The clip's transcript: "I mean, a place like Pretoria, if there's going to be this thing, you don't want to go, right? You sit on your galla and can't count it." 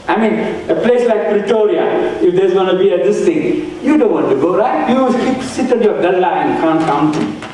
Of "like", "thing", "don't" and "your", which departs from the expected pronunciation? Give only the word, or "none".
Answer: thing